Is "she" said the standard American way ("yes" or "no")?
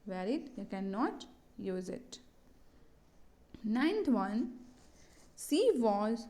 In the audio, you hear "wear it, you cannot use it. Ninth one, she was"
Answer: no